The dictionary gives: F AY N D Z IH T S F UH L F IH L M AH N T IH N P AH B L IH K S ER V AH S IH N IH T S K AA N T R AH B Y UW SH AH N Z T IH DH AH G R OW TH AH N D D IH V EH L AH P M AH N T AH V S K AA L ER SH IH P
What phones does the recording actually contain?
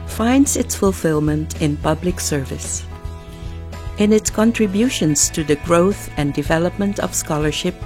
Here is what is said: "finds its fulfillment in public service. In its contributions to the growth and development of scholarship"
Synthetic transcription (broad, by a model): F AY N D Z IH T S F UH L F IH L M AH N T IH N P AH B L IH K S ER V AH S IH N IH T S K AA N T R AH B Y UW SH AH N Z T IH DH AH G R OW TH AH N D D IH V EH L AH P M AH N T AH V S K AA L ER SH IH P